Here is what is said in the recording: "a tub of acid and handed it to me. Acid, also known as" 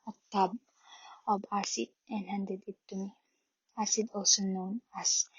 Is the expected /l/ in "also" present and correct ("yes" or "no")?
no